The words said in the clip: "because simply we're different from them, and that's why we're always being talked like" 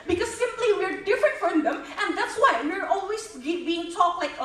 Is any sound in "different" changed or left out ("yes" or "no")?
no